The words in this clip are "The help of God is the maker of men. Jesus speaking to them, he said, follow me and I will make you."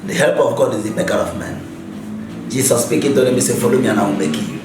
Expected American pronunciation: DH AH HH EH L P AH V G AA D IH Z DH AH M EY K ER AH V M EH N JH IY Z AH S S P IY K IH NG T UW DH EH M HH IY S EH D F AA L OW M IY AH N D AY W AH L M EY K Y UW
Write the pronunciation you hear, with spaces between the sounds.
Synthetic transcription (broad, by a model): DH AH HH EH L P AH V G AA D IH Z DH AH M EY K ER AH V M EH N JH IY S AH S S P IY K IH NG T UW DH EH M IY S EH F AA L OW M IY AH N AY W M EY K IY